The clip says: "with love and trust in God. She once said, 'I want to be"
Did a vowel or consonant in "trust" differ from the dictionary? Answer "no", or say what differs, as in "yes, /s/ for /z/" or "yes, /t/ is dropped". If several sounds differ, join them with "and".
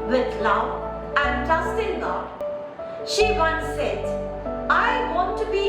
yes, /ɹ/ is dropped